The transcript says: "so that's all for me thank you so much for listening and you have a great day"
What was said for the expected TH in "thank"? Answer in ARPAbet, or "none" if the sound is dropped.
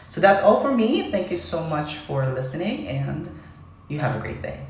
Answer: TH